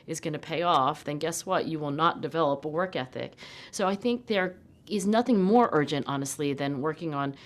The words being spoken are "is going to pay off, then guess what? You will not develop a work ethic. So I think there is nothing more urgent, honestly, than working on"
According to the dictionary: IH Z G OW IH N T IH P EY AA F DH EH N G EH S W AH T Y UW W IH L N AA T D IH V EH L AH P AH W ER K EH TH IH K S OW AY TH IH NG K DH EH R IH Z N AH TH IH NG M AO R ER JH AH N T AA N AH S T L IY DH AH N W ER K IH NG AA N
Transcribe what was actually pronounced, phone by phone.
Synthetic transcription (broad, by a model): IH Z G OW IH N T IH P EY AA F DH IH N G EH S W AH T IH W IH L N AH T D IH V EH L AH P AH W ER K EH TH IH K S OW AY TH IH NG K DH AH R IH Z N AH TH IH NG M AO R ER JH AH N T AA N AH S T L IY DH AH N W ER K IH NG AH N